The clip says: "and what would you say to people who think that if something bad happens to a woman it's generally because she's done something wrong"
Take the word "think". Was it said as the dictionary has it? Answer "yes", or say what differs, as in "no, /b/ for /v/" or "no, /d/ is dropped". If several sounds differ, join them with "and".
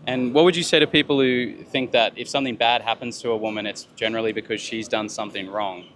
yes